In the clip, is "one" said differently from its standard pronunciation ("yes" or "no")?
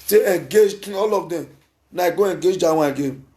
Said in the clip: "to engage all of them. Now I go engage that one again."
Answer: yes